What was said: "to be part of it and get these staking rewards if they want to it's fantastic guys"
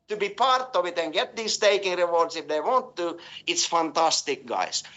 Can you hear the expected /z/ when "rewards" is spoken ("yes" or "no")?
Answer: no